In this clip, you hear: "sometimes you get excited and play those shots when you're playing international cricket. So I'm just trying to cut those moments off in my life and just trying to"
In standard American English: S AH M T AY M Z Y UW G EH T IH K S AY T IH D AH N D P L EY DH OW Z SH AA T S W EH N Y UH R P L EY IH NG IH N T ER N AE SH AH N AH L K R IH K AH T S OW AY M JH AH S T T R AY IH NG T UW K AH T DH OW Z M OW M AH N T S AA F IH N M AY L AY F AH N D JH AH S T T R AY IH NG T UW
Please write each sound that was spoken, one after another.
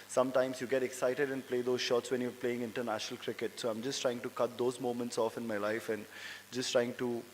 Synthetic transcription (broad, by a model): S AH M T AY M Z Y UW G EH T IH K S AY T IH D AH N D P L EY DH OW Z SH AA T S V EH N Y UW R P L EY IH NG IH N T ER N AE SH AH N AH L K R IH K AH T S OW AY M JH AH S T T R AY IH NG T UW K AH T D OW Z M OW M AH N T S AA F IH N M AY L AY F AH N D JH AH S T T R AY IH NG T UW